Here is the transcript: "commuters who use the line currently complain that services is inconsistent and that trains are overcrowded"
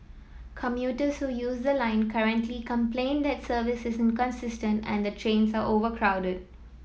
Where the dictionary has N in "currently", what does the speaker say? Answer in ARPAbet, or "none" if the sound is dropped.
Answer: N